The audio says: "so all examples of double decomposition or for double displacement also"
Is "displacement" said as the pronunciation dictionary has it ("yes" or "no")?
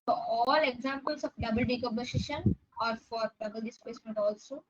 no